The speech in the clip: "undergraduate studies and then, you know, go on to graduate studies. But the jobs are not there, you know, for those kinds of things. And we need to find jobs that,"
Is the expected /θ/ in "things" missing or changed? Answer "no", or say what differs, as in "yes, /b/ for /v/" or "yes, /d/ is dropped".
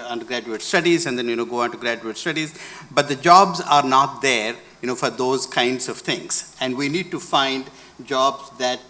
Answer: yes, /t/ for /θ/